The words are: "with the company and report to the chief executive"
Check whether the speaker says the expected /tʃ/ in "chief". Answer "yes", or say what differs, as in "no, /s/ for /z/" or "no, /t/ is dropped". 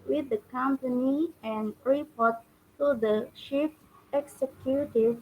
no, /ʃ/ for /tʃ/